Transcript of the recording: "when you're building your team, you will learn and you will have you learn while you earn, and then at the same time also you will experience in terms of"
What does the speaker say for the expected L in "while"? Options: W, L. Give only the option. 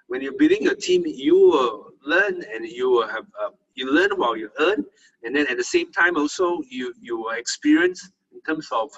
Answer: W